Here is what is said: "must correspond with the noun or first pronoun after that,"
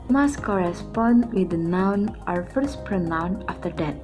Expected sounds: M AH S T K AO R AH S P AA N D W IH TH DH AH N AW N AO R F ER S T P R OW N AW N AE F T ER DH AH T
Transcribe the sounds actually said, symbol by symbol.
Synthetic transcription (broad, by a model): M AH S K AO R AH S P AA N D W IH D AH N AW N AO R F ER S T P R OW N AW N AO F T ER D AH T